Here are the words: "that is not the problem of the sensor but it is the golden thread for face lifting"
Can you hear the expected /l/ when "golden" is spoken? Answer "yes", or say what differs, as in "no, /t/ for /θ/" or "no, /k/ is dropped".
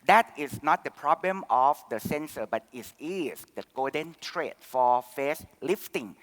no, /l/ is dropped